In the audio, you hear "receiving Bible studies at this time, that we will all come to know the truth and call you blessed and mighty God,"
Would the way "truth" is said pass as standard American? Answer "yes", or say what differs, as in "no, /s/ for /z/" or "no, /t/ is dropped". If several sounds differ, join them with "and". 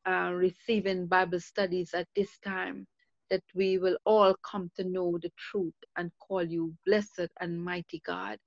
no, /t/ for /θ/